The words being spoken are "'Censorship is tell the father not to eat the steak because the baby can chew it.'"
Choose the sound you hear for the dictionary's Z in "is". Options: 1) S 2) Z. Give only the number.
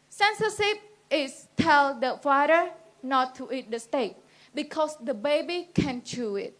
1